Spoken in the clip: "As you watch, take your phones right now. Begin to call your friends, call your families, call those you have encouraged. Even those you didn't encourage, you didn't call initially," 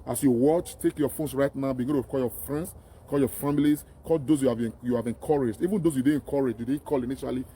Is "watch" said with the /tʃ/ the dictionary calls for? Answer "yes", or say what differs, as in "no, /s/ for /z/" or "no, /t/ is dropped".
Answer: yes